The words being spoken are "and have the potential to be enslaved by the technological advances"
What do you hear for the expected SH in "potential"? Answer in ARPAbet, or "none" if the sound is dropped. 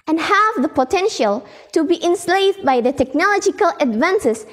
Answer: SH